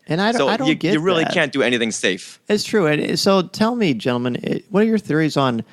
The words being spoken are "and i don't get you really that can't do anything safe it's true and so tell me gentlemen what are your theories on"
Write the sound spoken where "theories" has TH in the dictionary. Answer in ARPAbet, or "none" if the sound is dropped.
TH